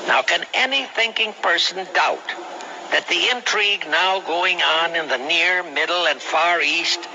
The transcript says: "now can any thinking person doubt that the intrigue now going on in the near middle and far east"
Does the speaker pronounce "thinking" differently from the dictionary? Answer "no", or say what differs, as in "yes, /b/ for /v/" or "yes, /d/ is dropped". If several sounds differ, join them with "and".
no